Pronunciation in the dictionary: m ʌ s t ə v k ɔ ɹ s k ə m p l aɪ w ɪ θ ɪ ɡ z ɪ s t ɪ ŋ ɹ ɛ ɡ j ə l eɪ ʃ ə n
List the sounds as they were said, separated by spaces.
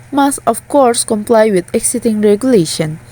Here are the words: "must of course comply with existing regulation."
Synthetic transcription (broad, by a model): m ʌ s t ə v k ɔ ɹ s k ə m p l aɪ w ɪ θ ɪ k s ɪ t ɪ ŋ ɹ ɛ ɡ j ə l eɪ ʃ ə n